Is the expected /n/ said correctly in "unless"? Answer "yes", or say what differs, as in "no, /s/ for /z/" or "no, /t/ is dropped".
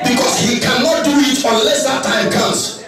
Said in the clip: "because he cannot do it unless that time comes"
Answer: yes